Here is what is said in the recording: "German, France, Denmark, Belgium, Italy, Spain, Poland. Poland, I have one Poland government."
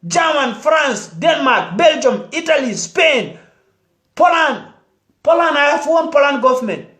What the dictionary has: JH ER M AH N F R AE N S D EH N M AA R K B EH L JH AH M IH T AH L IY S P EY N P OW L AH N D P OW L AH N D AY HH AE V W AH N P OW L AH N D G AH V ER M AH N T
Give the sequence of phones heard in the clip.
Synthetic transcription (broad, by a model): JH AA M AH N F R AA N S D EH N M AA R K B EH L JH AH M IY T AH L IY S P EY N P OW L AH N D P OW L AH N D AY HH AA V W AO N P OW L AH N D G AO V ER M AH N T